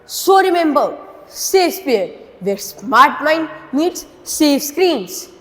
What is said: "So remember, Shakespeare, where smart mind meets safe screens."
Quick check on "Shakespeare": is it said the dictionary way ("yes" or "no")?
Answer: no